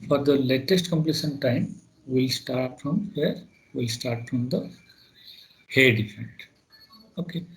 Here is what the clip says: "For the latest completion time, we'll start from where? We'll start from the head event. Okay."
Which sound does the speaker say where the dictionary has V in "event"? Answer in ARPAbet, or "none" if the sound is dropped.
F